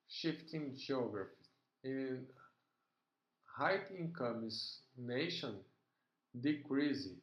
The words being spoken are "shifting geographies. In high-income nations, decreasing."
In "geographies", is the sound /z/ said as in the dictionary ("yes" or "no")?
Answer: no